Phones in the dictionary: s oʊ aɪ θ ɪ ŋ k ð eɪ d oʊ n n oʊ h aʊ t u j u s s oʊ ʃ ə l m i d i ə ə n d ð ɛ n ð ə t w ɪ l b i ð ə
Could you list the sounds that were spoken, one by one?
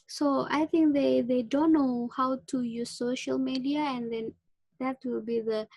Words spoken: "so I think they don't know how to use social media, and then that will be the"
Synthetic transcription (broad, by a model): s oʊ aɪ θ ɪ ŋ k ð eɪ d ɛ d n oʊ h aʊ t u j u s s oʊ ʃ ə l m i d i ə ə n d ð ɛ n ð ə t w ɪ l b i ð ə